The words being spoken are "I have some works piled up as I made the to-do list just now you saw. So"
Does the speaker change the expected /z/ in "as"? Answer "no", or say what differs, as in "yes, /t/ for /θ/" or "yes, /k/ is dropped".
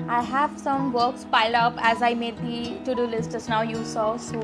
no